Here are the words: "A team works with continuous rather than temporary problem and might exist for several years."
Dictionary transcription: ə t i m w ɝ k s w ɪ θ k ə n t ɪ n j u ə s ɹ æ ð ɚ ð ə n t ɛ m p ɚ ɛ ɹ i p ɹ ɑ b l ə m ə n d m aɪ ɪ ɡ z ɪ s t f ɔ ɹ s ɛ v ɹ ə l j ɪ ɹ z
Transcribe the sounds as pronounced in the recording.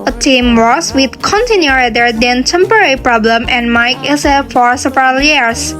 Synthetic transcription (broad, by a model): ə t i m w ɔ s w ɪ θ k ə n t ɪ n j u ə ɹ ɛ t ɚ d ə n t ɛ m p ɚ ɛ ɹ i p ɹ ɑ b l ə m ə n m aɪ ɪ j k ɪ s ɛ f ɔ ɹ s ɛ v ɹ ə l j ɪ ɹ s